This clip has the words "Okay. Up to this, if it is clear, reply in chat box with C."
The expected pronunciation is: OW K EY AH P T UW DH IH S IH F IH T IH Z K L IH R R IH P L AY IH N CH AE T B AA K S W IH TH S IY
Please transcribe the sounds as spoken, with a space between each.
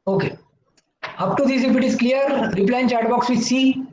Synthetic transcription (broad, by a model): OW K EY AH P T UW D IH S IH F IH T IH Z K L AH R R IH P L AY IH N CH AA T B AA K S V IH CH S IY